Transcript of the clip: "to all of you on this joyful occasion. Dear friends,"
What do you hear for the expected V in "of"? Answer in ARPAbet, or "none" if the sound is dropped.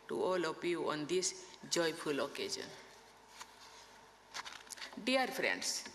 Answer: P